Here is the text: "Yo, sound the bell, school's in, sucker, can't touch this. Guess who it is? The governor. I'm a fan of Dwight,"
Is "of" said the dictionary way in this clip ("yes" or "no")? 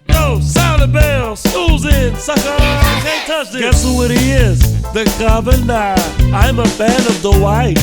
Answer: yes